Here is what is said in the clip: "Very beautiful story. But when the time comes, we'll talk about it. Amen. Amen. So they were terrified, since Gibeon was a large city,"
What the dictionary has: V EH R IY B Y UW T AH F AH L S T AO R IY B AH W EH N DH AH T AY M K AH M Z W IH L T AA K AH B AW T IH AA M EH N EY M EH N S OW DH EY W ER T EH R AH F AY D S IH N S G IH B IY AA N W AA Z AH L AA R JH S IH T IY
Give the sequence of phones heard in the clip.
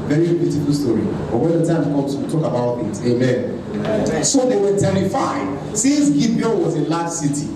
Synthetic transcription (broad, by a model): V EH R IY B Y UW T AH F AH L S T AO R IY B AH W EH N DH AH T AY M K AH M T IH T AA K AH B AW T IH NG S EY M EH N S OW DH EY W ER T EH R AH F AY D S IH N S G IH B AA L W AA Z AH L AA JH S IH T IY